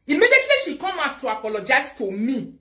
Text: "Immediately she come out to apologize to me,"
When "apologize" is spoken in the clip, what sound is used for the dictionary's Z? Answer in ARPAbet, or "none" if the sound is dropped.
S